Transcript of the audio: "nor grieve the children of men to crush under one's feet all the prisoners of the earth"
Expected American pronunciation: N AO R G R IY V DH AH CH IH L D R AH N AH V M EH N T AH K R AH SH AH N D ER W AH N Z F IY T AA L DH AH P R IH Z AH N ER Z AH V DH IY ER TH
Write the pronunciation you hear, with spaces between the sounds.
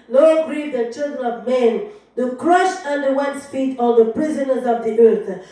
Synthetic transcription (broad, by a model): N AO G R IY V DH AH CH IH L D R AH N AH V M EH N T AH K R AH SH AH N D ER W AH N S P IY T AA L DH AH P R IH Z AH N ER Z AH V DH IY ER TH